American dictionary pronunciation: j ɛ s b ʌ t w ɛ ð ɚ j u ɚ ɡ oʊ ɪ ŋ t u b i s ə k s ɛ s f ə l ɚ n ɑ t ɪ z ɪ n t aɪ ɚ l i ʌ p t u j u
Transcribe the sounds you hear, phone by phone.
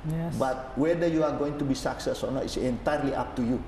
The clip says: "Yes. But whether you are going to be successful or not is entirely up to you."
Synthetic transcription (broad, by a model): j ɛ b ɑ t w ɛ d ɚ j u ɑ ɡ oʊ ɪ ŋ t u b i s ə k s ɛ s ə n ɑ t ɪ s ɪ n t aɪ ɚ l i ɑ p t u j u